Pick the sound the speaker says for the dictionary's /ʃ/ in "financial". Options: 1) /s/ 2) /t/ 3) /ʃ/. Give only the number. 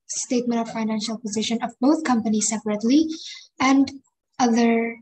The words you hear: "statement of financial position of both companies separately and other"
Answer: 3